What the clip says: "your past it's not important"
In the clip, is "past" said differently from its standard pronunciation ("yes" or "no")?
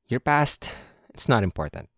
no